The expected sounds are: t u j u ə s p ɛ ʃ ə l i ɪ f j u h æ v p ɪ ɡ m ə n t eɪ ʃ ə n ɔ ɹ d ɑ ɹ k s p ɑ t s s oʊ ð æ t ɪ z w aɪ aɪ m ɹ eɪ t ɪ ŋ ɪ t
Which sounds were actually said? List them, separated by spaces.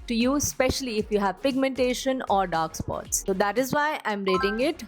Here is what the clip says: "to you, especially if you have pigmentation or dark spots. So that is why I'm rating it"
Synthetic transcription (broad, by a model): t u j u s p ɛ ʃ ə l i ɪ f j u h æ v p ɪ ɡ m ə n t eɪ ʃ ə n ɔ ɹ d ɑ ɹ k s p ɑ t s s oʊ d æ t ɪ z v aɪ aɪ m ɹ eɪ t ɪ ŋ ɪ t